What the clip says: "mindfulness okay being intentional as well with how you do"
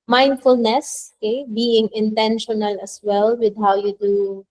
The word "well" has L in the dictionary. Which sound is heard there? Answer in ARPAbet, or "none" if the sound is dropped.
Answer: L